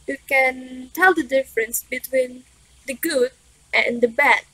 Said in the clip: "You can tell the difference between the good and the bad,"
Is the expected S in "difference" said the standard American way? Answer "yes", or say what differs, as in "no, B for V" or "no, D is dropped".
yes